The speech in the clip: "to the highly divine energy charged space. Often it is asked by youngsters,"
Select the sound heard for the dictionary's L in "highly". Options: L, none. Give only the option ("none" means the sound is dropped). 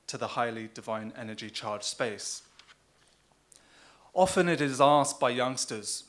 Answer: L